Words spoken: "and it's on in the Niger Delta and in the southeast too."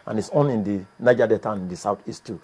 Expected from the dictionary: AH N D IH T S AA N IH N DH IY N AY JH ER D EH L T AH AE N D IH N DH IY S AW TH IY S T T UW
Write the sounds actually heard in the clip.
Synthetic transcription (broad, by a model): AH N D IH T S AA N IH N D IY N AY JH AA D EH T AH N IH N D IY S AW T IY S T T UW